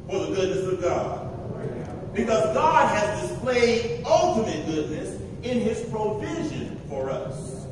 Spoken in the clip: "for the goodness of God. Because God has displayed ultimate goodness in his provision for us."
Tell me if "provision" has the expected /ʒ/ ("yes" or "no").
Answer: yes